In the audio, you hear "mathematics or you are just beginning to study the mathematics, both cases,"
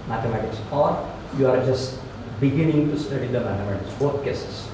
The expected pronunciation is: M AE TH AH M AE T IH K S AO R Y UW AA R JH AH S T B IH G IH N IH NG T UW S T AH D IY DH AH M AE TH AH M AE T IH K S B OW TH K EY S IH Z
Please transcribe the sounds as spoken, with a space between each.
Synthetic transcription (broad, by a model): M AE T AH M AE T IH K S AO R Y UW AA R JH AH S T B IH G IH N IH NG T UW S T AH D IY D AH M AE T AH M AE T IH K S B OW T K EY S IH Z